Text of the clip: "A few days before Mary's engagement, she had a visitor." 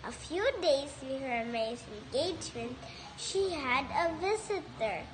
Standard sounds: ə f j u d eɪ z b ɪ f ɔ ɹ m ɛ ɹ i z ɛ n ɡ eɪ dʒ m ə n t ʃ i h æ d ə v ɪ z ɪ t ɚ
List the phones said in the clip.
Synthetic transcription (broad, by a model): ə f j u d eɪ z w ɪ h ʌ ɹ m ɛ i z ɛ n ɡ eɪ dʒ m ə n t ʃ i h æ d ə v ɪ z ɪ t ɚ